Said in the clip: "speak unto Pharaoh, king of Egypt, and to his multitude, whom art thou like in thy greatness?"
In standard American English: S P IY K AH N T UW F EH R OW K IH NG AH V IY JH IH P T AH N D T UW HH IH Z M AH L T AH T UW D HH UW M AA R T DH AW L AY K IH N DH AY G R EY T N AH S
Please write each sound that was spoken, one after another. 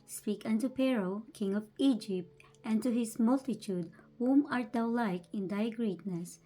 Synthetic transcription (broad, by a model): S P IY K AH N T UW P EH R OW K IH NG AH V IY JH IH P T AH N T UW HH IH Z M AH L T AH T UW D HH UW M AA R T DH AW L AY K IH N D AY G R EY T N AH S